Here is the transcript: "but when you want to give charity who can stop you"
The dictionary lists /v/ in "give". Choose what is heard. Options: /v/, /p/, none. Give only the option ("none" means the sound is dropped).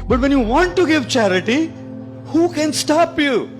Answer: /v/